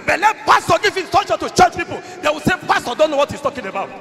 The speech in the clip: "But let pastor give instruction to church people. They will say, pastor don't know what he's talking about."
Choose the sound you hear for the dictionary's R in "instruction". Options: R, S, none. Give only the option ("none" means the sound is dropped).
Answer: none